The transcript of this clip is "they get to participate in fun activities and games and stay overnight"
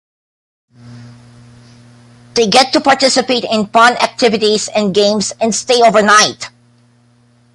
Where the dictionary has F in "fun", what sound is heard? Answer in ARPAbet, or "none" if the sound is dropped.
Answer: P